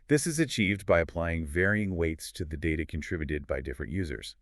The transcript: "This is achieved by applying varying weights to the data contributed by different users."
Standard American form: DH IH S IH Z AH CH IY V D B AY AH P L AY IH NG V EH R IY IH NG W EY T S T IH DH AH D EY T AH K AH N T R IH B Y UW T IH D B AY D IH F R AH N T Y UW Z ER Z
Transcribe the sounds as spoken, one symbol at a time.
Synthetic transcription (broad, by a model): DH IH S IH Z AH CH IY V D B AY AH P L AY IH NG V EH R IY IH NG W EY T S T IH DH AH D EY T AH K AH N T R IH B Y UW T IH D B AY D IH F R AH N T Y UW Z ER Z